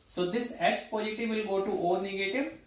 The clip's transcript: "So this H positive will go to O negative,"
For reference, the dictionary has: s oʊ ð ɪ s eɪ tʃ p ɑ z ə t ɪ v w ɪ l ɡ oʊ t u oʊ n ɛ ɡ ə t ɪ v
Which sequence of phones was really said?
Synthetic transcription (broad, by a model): s oʊ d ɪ s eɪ s p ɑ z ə t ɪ v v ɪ l ɡ oʊ t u oʊ n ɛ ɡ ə t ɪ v